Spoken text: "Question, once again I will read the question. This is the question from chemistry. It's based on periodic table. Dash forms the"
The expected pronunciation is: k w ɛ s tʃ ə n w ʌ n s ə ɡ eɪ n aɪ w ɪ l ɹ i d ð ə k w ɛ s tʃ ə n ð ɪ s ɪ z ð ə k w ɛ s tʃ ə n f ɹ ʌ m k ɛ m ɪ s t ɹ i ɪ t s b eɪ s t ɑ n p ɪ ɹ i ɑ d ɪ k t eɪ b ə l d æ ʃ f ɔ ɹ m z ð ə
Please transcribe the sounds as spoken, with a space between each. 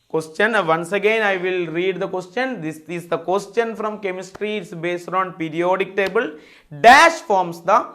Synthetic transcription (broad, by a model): k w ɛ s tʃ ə n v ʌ n s ə ɡ eɪ n aɪ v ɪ l ɹ i d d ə k w ɛ s tʃ ə n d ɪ s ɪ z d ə k w ɛ s tʃ ə n f ɹ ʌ m k ɛ m ɪ s t ɹ i ɪ t s b eɪ s t ɑ n p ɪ ɹ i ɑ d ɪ k t eɪ b ə l d æ ʃ f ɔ ɹ m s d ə